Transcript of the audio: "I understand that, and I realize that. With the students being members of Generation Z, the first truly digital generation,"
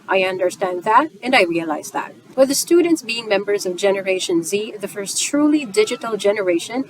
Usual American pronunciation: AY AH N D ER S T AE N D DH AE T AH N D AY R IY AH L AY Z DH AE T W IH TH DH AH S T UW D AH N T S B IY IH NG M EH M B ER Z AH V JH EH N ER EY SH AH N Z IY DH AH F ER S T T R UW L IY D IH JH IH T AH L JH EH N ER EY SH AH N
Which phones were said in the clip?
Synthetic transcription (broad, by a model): AY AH N D ER S T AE N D DH AE T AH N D AY R IY AH L AY Z DH AE T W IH DH AH S T UW D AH N T S B IY IH NG M EH M B ER Z AH V JH EH N ER EY SH AH N Z IY DH AH F ER S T T R UW L IY D IH JH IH T L JH EH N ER EY SH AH N